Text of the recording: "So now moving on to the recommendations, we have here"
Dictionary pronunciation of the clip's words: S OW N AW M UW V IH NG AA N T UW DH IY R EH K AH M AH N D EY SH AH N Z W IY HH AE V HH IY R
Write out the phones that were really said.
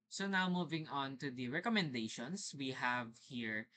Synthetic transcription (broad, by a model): S OW N AW M UW V IH NG AA N T UW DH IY R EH K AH M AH N D EY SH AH N S W IY HH AE V HH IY R